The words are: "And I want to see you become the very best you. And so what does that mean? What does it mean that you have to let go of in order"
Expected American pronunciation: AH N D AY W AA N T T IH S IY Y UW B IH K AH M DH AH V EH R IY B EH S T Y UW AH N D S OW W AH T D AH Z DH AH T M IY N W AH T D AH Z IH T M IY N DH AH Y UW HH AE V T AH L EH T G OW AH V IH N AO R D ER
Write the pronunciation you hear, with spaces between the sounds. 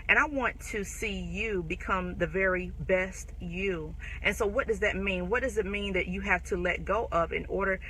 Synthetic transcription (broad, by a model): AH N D AY W AA N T T IH S IY Y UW B IH K AH M DH AH V EH R IY B EH S T Y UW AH N S OW W AH T D AH Z DH AH T M IY N W AH T D AH Z IH T M IY N DH AH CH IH HH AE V T AH L EH T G OW AH P IH N AO R D ER